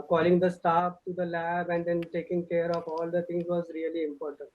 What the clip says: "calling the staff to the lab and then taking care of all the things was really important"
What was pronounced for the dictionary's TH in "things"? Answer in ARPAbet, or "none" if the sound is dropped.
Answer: T